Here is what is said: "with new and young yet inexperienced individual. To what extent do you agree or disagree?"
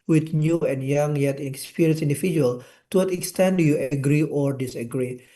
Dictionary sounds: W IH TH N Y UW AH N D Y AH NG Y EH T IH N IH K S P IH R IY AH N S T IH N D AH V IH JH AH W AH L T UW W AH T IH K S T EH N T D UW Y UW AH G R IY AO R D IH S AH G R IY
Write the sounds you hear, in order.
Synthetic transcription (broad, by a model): W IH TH N Y UW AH N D Y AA NG Y EH T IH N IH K S P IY R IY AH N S IH N D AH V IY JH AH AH L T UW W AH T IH K S T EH N D UW Y UW AH G R IY AO R D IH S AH G R IY